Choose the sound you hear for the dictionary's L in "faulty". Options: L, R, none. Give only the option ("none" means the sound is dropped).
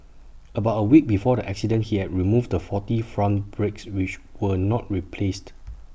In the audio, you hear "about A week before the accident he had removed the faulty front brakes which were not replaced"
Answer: none